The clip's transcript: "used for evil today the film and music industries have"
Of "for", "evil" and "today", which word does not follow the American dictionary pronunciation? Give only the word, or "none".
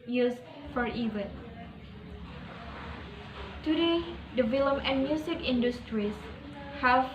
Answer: evil